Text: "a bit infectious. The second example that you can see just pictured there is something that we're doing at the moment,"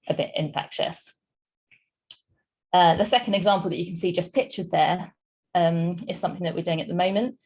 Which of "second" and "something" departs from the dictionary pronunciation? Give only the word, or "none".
none